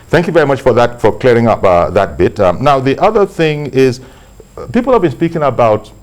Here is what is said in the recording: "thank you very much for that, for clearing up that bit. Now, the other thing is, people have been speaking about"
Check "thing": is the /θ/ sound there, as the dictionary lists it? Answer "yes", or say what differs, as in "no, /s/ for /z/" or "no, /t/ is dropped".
yes